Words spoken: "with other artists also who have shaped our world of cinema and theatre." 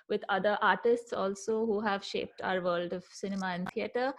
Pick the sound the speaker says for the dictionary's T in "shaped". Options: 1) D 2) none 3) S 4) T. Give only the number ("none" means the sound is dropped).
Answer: 4